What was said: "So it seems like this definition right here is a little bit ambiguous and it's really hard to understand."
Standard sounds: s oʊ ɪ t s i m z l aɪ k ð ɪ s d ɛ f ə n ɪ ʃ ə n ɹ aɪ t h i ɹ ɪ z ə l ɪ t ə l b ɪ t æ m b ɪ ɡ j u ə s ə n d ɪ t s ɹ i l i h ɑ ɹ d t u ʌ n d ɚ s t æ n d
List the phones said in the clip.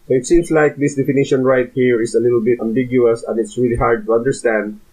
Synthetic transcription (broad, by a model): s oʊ ɪ t s i m s l aɪ k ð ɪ s d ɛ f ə n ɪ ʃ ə n ɹ aɪ t h i ɹ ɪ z ə l ɪ t ə l b ɪ t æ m b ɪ ɡ j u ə s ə n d ɪ t s ɹ i l i h ɑ ɹ d t u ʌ n d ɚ s t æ n d